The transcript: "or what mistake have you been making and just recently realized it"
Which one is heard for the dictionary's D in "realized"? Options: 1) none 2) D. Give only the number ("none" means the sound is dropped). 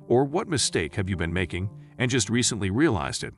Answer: 2